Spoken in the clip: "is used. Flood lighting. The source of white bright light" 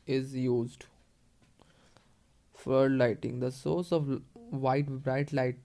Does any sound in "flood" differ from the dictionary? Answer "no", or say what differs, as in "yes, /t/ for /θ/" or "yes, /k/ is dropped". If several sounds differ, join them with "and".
yes, /l/ is dropped